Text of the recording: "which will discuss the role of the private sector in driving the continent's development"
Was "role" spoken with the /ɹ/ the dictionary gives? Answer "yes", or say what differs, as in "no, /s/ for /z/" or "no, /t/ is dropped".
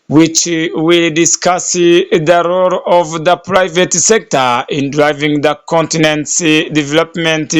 yes